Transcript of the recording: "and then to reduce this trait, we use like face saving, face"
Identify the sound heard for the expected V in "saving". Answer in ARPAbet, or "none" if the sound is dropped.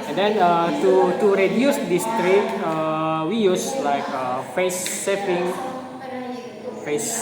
P